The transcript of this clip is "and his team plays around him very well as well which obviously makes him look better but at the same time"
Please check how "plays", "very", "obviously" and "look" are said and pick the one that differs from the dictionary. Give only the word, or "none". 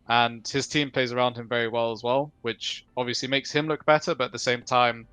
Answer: none